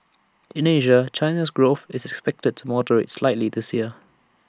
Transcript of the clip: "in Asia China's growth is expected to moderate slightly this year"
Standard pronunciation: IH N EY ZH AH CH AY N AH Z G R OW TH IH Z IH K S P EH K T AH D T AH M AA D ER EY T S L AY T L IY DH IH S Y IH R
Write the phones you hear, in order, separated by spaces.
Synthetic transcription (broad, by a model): IH N EY ZH AH CH AY N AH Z G R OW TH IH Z IH K S P EH K T AH D T AH M AA D ER EY T S L AY T L IY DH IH S Y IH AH